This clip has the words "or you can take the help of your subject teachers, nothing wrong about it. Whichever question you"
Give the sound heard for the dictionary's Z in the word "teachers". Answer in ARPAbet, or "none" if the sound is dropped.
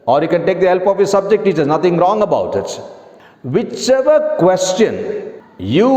none